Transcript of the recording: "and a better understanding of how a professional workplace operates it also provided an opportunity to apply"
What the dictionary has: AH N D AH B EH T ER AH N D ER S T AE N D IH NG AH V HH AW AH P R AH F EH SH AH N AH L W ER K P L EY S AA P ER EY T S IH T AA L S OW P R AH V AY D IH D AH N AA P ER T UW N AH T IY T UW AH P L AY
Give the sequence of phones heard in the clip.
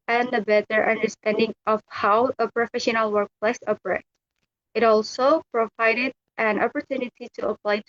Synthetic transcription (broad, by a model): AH N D AH B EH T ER AH N D ER S T AE N D IH NG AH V HH AW AH P R AH F EH SH AH N AH L W ER K P L EY S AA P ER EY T IH T AA L S OW P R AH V AY D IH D AH N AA P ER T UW N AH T IY T UW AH P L AY